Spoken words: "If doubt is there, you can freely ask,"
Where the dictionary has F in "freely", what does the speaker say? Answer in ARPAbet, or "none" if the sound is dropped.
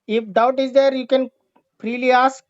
P